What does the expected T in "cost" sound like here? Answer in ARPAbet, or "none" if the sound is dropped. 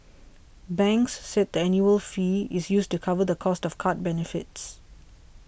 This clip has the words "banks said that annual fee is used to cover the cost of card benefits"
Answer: T